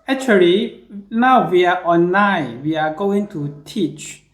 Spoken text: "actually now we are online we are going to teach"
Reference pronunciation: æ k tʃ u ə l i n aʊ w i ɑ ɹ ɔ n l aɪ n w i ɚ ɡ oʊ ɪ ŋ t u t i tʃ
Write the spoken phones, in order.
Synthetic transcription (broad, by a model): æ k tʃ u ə l i n aʊ w i ɑ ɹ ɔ n aɪ w i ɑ ɡ oʊ ɪ ŋ t u t i tʃ